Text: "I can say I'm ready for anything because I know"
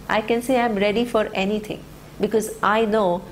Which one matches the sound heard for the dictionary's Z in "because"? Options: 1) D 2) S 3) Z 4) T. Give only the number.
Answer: 3